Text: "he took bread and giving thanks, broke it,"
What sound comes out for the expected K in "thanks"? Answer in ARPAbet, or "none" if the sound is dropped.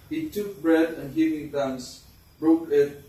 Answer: none